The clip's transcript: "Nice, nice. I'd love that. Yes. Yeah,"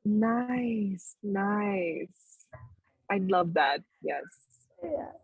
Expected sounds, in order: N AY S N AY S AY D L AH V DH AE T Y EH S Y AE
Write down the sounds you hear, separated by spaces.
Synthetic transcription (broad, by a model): N AY S N AY S AY L AH V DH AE T Y EH S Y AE